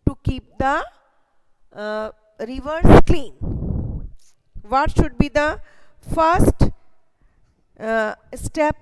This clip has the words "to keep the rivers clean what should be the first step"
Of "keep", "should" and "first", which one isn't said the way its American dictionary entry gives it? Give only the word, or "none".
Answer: none